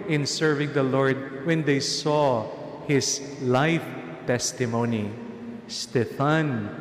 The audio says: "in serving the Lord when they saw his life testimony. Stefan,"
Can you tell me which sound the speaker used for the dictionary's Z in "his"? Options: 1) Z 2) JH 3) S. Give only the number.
3